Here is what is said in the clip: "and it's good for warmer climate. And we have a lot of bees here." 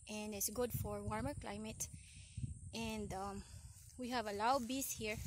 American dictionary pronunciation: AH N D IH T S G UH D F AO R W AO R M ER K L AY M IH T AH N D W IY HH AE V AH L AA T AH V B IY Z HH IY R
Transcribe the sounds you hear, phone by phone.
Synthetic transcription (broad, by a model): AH N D IH T S G UH D F AO R W AO R M ER K L AY M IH T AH N D W IY HH AE V AH L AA AH B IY S HH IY R